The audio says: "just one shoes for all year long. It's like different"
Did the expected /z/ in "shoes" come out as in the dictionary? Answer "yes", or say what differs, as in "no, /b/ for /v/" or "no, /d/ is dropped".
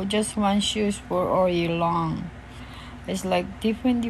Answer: no, /s/ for /z/